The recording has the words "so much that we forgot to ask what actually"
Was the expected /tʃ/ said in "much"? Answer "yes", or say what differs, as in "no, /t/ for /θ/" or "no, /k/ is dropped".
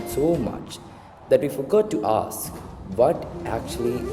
yes